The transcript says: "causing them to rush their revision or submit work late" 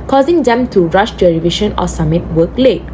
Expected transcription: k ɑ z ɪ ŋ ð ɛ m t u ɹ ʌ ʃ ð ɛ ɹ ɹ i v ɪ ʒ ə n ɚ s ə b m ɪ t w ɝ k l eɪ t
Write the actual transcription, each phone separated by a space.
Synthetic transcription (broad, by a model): k ɑ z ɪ ŋ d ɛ m t u ɹ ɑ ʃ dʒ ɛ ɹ ɹ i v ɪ ʃ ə n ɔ s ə m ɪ t w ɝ k l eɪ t